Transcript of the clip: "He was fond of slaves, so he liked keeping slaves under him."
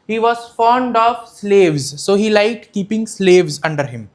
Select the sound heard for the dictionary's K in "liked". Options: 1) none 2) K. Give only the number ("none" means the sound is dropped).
1